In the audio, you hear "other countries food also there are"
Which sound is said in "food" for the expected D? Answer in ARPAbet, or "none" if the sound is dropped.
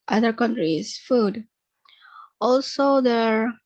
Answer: D